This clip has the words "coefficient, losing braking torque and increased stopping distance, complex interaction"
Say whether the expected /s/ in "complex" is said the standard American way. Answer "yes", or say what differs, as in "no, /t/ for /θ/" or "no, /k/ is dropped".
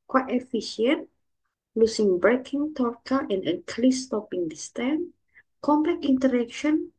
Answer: no, /s/ is dropped